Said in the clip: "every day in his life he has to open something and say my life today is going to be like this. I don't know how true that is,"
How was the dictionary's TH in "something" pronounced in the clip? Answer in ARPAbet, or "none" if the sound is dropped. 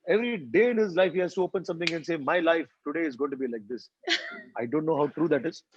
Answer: T